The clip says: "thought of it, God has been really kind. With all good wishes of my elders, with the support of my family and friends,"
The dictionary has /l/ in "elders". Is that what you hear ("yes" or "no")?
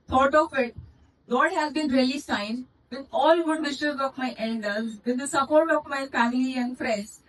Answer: no